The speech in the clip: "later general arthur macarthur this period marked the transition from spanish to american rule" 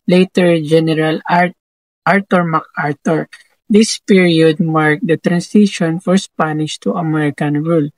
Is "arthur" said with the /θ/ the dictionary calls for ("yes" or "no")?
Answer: no